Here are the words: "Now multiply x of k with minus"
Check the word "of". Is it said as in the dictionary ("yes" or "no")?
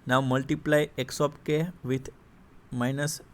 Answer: no